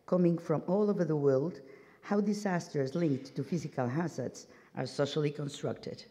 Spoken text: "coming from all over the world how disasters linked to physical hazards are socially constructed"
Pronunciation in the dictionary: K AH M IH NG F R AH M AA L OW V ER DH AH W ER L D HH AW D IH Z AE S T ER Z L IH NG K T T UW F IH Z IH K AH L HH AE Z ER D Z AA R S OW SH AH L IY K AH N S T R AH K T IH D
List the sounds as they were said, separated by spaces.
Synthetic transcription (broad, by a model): K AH M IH NG F R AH M AA L OW V ER DH AH W ER L D HH AW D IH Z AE S T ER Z L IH NG K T T UW F IH Z IH K AH L HH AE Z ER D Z AA R S OW SH AH L IY K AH N S T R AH K T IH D